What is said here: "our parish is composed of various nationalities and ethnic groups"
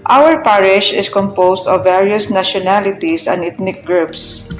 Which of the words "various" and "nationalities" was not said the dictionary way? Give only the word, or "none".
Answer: nationalities